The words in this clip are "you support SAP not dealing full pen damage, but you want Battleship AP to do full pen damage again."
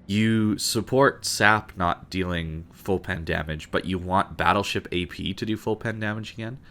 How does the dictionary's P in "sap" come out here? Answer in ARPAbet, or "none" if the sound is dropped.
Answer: P